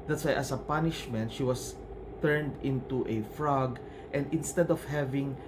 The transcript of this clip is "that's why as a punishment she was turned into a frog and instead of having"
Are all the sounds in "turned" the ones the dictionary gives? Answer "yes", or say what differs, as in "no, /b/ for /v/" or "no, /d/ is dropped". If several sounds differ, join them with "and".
yes